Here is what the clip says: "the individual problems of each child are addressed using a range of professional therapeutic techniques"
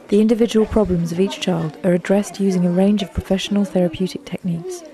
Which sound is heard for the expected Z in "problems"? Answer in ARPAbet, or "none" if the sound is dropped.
Z